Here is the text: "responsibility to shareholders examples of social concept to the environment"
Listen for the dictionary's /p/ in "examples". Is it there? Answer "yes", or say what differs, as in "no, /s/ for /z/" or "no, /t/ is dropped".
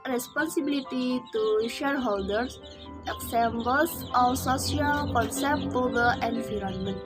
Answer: no, /b/ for /p/